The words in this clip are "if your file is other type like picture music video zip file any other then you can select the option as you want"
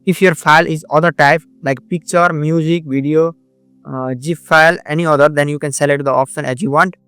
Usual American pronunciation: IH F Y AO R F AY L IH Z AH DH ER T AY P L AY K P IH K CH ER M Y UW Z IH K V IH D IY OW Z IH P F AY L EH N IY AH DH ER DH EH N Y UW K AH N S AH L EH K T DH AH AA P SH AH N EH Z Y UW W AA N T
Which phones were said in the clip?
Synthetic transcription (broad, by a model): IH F Y AO R F AY L IH Z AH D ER T AY P L AY K P IH K CH ER M Y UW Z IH K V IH D IY OW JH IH F AY L EH N IY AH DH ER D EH N Y UW K AH N S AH L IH T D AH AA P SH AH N EH Z Y UW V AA N T